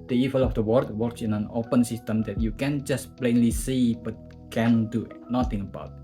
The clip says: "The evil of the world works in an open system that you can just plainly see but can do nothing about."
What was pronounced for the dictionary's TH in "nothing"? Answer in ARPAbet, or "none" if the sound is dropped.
T